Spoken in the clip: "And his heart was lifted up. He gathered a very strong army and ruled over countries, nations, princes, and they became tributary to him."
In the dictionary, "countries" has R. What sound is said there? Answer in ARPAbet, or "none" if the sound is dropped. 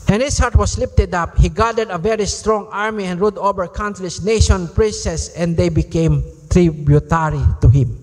L